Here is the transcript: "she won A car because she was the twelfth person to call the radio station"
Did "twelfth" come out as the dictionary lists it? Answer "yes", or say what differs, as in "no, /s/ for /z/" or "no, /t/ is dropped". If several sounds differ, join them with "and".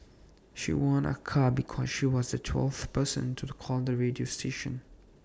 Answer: yes